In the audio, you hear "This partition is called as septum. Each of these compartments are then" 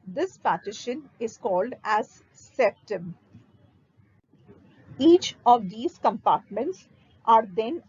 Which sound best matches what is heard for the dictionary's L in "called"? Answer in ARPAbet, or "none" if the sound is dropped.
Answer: L